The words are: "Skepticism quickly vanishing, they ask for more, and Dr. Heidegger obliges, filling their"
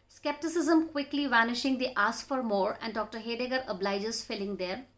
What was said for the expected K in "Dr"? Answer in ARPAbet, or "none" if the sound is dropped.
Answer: K